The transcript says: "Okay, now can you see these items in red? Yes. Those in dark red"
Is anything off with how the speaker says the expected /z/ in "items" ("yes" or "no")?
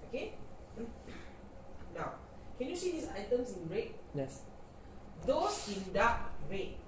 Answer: yes